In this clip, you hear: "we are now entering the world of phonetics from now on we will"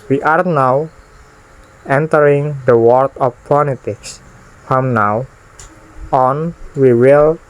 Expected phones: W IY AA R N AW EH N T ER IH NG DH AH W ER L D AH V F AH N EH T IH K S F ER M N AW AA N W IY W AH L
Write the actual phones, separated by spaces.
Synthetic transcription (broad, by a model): W IY AA R N AW EH N T ER IH NG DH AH W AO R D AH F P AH L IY T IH K S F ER M N AW AA N W IY W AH L